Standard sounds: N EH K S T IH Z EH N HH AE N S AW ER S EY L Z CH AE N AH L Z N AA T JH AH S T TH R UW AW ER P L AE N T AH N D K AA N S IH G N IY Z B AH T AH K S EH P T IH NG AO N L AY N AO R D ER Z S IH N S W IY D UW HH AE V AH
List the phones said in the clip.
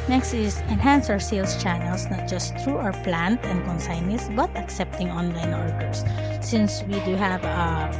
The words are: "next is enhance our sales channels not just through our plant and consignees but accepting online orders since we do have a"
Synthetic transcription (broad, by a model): N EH K S T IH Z EH N HH AE N S AW ER S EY L S CH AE N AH L S N AA T JH AH S T R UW AW ER P L AE N T AH N D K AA N S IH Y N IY S B AH T AH K S EH P T IH NG AO N L AY N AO R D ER S IH N S W IY D UW HH AE V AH